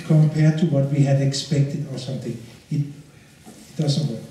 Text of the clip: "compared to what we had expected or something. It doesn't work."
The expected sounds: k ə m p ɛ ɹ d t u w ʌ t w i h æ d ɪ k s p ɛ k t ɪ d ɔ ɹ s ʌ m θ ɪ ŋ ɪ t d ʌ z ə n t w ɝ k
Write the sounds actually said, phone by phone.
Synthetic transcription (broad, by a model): k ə m p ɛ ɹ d t u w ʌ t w i h æ d ɪ k s p ɛ k t ɪ d ɔ ɹ s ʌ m t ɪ ŋ ɪ t d ʌ z ə n t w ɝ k